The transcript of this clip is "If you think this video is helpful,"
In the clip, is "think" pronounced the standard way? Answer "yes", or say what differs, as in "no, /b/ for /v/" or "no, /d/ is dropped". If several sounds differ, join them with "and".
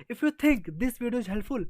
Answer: no, /t/ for /θ/